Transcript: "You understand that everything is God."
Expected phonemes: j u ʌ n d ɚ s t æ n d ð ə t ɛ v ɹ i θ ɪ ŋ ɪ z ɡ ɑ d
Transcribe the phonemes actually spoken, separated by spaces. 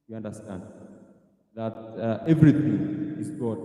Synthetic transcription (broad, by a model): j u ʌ n d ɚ s t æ n d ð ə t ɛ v ɹ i t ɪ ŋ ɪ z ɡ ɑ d